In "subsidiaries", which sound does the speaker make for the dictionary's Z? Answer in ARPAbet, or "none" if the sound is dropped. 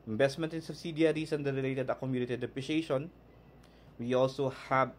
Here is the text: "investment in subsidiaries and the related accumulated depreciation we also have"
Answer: S